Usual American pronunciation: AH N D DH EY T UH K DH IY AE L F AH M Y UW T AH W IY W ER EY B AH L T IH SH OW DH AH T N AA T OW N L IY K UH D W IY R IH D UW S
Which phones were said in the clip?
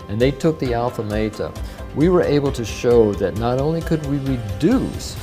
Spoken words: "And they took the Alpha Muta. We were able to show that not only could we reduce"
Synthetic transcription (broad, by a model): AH N DH EY T UH K DH IY AE L F AH M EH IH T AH W IY W ER EY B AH L T IH SH OW DH AH T N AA T OW N L IY K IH D W IY R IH D UW S